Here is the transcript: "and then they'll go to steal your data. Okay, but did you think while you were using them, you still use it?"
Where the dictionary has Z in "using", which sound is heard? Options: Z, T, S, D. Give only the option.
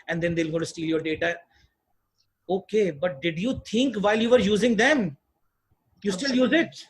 Z